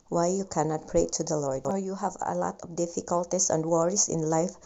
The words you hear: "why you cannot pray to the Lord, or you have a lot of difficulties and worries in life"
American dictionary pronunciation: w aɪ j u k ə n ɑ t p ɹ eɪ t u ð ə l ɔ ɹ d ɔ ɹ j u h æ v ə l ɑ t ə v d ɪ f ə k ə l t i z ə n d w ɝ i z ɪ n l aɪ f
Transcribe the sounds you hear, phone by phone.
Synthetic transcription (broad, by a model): w aɪ j u k ə n ɑ t p ɹ eɪ t u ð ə l ɔ ɹ d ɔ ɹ j u h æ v ə l ɑ t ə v d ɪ f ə k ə l t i s ə n d w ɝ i s ɪ n l aɪ f